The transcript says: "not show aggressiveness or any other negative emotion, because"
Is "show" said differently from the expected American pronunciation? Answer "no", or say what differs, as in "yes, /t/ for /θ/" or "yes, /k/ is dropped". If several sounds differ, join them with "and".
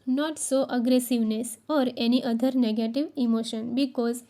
yes, /s/ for /ʃ/